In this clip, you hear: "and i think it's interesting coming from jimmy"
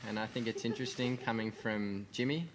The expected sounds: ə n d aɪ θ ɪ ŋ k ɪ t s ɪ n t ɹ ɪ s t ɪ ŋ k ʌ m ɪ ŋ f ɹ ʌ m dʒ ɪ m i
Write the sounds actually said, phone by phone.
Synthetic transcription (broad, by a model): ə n aɪ θ ɪ ŋ k ɪ t s ɪ n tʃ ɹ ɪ s t ɪ ŋ k ʌ m ɪ ŋ f ɹ ʌ m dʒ ɪ m i